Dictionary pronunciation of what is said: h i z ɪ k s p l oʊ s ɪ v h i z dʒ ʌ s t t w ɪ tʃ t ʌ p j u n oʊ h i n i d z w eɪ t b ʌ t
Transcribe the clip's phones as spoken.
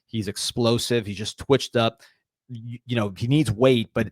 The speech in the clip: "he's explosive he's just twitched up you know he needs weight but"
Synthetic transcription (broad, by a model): h i z ɪ k s p l oʊ s ɪ v h i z dʒ ʌ s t t w ɪ tʃ t ʌ p j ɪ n oʊ h i n i d z w eɪ t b ʌ t